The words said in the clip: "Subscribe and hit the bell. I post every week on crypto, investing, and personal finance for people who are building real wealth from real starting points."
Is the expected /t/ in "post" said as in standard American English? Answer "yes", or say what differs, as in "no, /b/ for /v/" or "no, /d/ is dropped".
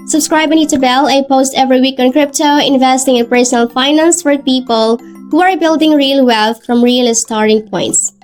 yes